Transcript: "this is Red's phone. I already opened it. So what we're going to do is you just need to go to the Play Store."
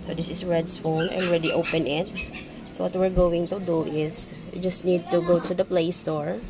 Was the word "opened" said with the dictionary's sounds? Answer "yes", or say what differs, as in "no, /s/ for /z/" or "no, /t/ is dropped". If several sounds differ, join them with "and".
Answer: no, /d/ is dropped